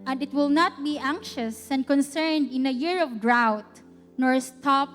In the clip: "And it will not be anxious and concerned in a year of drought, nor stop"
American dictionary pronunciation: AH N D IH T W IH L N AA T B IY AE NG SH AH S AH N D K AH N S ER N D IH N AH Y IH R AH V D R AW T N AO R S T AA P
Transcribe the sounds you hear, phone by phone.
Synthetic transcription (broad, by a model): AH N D IH T W IH L N AA T B IY AE NG SH AH S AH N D K AH N S ER N D IH N AH Y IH R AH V D R AW T N AO R S T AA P